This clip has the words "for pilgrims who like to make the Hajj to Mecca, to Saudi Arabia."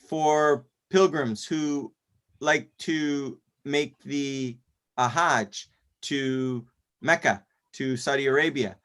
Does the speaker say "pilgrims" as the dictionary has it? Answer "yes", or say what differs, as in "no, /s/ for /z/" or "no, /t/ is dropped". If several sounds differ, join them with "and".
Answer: yes